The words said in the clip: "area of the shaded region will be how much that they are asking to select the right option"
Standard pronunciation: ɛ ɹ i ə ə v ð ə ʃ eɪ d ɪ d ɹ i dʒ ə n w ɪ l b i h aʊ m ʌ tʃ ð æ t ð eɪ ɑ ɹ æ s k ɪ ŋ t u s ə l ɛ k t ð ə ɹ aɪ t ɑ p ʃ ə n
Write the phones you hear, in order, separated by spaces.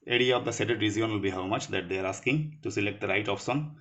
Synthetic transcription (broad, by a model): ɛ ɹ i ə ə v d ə s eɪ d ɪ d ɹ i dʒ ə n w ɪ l b i h aʊ m ʌ tʃ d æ t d eɪ ɑ ɹ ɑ s k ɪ ŋ t u s ə l ɛ k t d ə ɹ aɪ t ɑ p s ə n